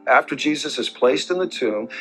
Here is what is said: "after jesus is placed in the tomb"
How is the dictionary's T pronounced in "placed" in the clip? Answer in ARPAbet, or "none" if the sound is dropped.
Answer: T